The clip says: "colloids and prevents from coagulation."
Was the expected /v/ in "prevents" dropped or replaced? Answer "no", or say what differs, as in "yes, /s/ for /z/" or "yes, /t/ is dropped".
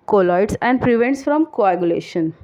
no